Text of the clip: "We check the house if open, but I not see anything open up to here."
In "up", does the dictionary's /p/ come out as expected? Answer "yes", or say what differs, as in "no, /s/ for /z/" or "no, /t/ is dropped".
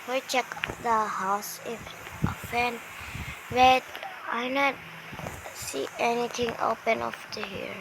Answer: no, /f/ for /p/